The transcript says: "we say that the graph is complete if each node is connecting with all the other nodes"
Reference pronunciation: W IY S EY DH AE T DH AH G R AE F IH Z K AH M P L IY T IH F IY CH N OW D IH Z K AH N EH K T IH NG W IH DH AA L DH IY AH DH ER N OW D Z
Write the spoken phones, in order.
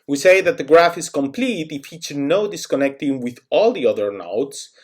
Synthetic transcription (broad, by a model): W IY S EY DH AE T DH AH G R AE F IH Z K AH M P L IY T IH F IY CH N OW D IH S K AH N EH K T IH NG W IH DH AA L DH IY AH DH ER N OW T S